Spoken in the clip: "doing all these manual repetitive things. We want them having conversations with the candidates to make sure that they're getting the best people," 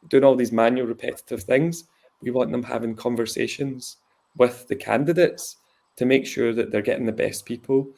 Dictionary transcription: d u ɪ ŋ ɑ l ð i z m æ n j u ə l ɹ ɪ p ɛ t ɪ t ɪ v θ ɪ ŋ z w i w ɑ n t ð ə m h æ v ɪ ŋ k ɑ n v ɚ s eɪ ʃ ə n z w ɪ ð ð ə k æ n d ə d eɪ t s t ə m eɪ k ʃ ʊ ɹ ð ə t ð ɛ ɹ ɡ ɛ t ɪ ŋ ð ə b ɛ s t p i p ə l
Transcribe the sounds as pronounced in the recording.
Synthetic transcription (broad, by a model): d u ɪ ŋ ɑ l ð i z m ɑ n j u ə l ɹ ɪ p ɛ t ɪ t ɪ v θ ɪ ŋ z w i w ɑ n t ð ə m h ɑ v ɪ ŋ k ɑ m v ɚ s eɪ ʃ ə n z w ɪ ð ð ə k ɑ n d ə d eɪ t s t ə m eɪ k ʃ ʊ ɹ ð ə t ð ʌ ɹ ɡ ɛ t ɪ ŋ ð ə b ɛ s p i p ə l